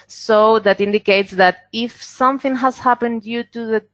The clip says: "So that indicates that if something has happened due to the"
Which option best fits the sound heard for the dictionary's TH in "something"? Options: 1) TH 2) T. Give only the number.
1